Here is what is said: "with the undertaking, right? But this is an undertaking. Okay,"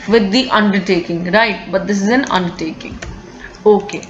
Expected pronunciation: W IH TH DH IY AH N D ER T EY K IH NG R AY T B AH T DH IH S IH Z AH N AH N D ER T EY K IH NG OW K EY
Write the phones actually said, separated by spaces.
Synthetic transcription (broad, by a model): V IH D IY AH N D ER T EY K IH NG R AY T B AH T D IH S IH Z AH N AH N D ER T EY K IH NG OW K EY